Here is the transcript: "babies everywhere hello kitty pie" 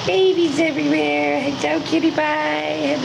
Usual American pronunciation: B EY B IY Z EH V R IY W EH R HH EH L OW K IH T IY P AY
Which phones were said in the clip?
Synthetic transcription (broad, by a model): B EY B IY Z EH V R IY W EH R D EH UH K IH T IY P AY